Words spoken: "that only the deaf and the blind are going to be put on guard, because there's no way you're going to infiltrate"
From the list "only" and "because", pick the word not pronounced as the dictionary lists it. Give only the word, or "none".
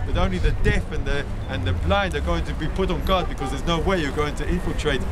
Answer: none